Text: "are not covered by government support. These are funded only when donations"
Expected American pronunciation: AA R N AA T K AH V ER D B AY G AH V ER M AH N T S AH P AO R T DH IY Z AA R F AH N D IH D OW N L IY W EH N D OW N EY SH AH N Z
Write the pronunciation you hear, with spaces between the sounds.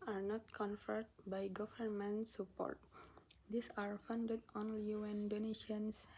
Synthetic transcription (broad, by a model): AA R N AA T K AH F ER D B AY G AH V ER M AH N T S AH P AO R T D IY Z AA R F AH N D IH D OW N L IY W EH N D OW N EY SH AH N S